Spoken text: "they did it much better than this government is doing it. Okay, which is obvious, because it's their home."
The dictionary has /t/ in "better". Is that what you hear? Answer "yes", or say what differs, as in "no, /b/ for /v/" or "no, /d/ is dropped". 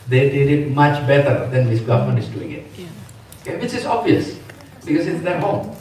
yes